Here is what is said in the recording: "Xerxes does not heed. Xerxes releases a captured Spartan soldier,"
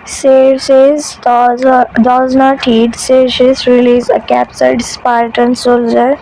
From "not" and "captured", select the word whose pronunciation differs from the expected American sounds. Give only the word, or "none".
captured